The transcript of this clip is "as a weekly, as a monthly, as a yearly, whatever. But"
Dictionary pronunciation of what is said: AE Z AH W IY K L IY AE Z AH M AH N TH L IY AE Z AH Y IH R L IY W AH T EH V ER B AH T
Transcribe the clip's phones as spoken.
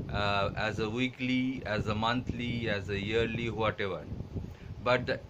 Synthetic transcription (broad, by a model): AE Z AH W IY K L IY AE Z AH M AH N T L IY AE Z AH Y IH R L IY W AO T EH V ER B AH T